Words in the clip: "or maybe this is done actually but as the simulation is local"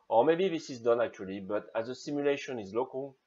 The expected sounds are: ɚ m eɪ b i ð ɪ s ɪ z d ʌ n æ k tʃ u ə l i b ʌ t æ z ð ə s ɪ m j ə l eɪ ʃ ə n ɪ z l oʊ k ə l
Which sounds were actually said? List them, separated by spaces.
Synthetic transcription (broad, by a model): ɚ m eɪ b i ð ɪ s ɪ z d ʌ n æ k tʃ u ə l i b ʌ t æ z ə s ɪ m j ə l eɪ ʃ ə n ɪ z l oʊ k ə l